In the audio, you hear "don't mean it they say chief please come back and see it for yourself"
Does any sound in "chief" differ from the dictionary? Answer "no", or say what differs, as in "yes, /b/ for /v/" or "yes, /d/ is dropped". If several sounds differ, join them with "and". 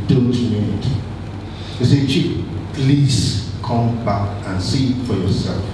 yes, /p/ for /f/